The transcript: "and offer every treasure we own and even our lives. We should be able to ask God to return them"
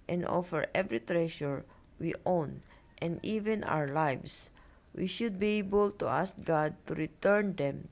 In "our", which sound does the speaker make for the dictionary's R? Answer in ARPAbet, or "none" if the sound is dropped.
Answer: W